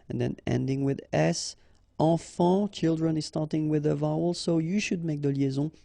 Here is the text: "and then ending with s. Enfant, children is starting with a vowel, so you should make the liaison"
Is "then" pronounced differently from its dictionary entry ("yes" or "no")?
no